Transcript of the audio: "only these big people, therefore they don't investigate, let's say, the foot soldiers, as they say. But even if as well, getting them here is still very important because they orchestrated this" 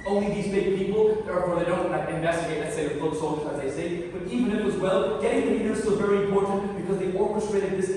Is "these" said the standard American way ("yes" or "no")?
yes